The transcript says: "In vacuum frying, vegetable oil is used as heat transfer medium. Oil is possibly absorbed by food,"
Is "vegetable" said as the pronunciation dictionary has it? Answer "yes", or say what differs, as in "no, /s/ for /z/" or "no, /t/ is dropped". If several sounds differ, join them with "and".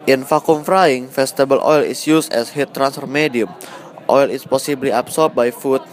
no, /f/ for /v/